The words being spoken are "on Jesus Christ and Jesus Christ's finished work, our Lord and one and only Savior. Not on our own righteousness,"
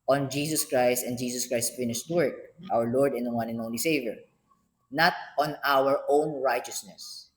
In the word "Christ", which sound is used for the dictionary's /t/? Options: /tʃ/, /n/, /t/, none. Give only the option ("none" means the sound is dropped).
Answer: /t/